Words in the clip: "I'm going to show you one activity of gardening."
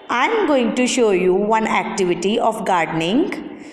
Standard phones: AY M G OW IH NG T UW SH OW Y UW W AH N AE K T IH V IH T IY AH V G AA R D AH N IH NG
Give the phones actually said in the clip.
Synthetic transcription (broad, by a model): AY M G OW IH NG T UW SH OW Y UW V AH N AE K T IH V IH T IY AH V G AA R D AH N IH NG